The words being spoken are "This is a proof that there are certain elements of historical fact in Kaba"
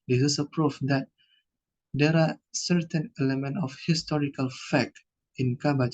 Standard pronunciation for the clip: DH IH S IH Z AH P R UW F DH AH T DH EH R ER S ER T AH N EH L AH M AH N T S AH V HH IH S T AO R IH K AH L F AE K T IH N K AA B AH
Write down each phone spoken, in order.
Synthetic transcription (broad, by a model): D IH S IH S AH P R UW F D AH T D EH R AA S ER T AH N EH L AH M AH N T AH F HH IH S T AO R IH K AH L F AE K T IH N K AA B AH